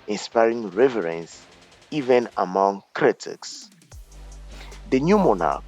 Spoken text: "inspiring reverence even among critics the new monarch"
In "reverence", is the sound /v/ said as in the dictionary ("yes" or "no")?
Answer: yes